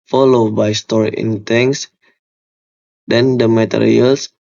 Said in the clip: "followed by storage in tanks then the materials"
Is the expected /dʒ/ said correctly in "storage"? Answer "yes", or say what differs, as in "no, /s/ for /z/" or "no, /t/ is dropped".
no, /dʒ/ is dropped